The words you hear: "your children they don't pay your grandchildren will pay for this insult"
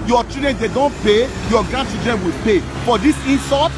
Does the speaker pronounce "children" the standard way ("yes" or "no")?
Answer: no